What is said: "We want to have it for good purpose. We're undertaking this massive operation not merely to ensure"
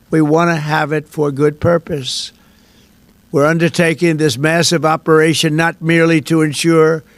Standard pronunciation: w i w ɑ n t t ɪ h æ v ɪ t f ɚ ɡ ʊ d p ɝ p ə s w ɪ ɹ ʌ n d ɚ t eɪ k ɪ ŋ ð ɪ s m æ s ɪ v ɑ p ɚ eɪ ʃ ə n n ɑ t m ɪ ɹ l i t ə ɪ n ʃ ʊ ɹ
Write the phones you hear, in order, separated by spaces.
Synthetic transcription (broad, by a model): w i w ɑ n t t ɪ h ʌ v ɪ t f ɚ ɡ ʊ d p ɝ p ə s w ɪ ɹ ʌ n d ɚ t eɪ k ɪ ŋ ð ɪ s m æ s ɪ v ɑ p ɚ eɪ ʃ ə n n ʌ t m ɪ ɹ l i t ə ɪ n ʃ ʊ ɹ